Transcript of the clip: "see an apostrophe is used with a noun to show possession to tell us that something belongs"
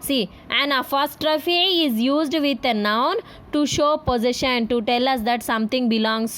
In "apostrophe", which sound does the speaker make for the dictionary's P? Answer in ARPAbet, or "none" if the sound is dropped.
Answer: F